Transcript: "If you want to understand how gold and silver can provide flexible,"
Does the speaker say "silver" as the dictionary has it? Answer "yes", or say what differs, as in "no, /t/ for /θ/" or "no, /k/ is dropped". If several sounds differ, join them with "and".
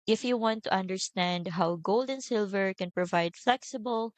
yes